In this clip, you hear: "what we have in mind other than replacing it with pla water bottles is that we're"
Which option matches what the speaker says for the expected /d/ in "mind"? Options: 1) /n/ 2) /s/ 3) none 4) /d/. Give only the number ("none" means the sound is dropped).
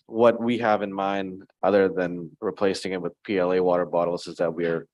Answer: 4